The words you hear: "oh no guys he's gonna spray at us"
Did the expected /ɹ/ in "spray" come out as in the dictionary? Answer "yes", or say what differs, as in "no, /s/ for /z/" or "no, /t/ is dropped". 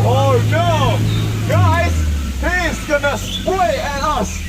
no, /w/ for /ɹ/